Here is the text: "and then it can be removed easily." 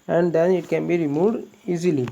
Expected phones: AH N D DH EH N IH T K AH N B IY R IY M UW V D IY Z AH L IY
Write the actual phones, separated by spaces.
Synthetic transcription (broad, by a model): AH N D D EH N IH T K AH N B IY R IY M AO D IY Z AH L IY